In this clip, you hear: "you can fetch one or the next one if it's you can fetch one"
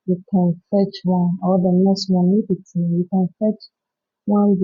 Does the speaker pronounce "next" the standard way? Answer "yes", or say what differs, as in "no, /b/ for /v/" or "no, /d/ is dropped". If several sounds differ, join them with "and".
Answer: no, /k/ is dropped